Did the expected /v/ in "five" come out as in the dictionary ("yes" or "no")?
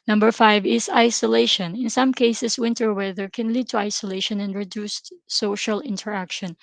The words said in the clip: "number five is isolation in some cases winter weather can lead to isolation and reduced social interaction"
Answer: yes